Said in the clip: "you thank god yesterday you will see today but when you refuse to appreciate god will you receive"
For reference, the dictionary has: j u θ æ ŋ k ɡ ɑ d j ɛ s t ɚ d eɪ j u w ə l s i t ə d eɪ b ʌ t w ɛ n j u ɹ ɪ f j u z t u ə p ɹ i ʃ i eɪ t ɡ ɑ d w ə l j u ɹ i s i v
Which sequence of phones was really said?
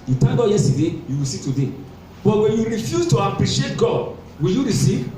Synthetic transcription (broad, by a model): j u t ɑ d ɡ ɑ j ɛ s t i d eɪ j u w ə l s i t ə d eɪ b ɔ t w ɛ n j u ɹ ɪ f j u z t u ə p ɹ i ʃ i eɪ t ɡ ɑ d w ə l j u ɹ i s i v